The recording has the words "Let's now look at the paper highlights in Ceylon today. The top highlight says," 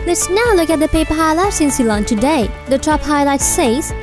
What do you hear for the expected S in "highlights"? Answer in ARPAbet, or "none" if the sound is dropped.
S